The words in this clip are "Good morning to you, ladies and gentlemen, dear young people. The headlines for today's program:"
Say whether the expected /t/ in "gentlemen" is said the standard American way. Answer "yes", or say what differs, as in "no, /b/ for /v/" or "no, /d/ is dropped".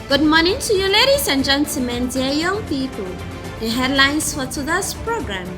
no, /s/ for /t/